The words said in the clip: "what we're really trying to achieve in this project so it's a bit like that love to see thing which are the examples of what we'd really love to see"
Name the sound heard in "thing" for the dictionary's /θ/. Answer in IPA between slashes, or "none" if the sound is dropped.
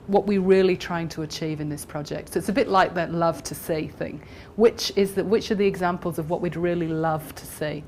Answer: /θ/